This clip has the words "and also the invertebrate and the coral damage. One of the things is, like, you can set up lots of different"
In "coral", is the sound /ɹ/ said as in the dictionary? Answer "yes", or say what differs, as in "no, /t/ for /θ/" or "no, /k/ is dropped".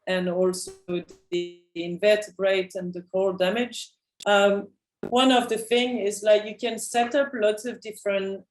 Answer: no, /ɹ/ is dropped